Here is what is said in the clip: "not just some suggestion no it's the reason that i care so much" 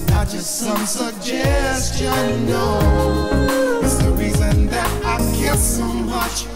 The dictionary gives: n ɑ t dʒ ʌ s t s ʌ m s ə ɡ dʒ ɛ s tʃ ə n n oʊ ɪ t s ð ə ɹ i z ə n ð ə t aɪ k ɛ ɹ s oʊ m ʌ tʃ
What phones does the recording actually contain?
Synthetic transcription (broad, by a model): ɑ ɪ dʒ ʌ s t s ʌ m s ə ɡ dʒ ɛ s tʃ ə n n oʊ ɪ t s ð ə ɹ i z ə n ð ə t aɪ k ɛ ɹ s oʊ m ʌ tʃ